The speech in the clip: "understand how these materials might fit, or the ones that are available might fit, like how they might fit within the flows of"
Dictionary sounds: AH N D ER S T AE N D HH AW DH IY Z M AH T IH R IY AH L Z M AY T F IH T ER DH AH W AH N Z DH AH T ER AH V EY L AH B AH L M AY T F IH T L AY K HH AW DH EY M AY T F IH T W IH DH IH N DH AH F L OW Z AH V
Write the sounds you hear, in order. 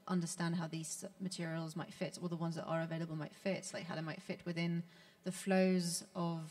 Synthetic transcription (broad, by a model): AH N D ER S T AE N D HH AW DH IY Z M AH T IH R IY AH L Z M AY T F IH T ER DH AH W AH N Z DH AH T ER AH V EY L AH B AH L M AY T F IH T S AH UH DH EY M AY T F IH T W IH DH IH N DH AH F L OW Z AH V